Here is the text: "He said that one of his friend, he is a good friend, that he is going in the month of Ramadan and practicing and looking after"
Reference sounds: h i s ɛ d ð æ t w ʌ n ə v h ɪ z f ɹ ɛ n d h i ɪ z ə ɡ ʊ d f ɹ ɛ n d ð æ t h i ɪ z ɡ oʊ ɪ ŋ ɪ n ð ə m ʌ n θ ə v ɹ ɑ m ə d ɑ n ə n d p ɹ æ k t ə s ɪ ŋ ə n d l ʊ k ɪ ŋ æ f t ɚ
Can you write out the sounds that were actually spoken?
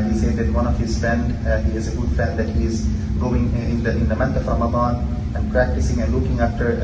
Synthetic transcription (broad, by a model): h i s ɛ d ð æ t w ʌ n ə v h ɪ z f ɹ ɛ n d h i ɪ z ə ɡ ʊ d f ɹ ɛ n d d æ t h i ɪ z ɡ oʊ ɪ ŋ ɪ n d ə m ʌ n t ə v ɹ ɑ m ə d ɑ n ə n d p ɹ æ k t ə s ɪ ŋ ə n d l ʊ k ɪ ŋ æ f t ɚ